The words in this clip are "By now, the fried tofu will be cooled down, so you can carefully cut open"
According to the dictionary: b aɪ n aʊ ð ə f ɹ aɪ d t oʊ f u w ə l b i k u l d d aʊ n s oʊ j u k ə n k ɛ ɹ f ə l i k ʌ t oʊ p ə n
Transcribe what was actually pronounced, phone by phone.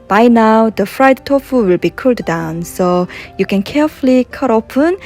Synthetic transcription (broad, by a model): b aɪ n aʊ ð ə f ɹ aɪ d t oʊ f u w ə l b i k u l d d aʊ n s oʊ j u k ə n k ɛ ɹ f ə l i k ʌ t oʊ p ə n